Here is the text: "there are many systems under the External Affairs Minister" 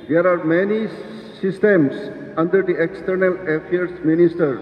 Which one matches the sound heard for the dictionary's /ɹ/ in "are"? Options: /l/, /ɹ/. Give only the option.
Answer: /ɹ/